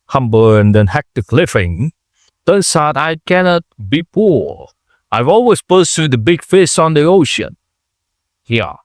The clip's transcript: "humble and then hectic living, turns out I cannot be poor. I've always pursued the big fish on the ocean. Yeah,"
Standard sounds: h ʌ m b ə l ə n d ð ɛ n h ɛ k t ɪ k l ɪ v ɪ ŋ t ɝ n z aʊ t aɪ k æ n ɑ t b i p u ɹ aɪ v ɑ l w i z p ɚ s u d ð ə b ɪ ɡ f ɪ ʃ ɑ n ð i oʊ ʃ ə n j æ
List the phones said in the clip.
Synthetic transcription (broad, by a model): h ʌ m b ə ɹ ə n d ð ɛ n h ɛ k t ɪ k l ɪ f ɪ ŋ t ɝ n s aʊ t aɪ k æ n ɑ t b i p u ɹ aɪ v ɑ l w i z p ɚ s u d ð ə b ɪ ɡ f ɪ s ɑ n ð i oʊ ʃ ə n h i